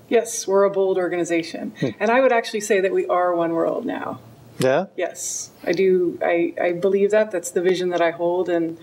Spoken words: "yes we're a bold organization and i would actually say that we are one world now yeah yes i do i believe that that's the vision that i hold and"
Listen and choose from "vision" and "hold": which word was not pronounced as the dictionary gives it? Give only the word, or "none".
none